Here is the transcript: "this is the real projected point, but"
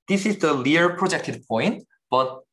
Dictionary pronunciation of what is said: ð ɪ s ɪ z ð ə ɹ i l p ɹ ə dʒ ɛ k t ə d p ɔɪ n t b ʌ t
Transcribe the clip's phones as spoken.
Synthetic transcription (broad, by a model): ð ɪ s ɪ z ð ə l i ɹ p ɹ ə dʒ ɛ k t ə d p ɔɪ n t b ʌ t